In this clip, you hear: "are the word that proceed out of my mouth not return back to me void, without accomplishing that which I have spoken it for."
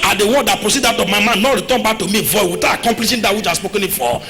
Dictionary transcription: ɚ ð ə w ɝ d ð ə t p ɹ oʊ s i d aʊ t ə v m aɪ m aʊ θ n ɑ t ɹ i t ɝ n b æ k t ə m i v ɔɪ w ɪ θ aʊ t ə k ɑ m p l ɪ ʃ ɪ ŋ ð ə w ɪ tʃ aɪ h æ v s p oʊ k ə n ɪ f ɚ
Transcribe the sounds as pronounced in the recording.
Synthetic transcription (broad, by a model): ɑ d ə w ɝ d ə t p ɹ oʊ s i d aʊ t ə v m aɪ m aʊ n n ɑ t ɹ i t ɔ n b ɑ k t ə m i v ɔɪ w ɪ t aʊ ə k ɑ m p l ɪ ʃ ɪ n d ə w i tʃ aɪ s p oʊ k ə n ɪ f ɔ